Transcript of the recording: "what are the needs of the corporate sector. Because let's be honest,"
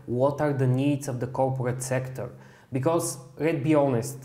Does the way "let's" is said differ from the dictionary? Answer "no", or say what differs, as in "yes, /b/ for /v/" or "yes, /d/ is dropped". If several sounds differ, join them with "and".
yes, /s/ is dropped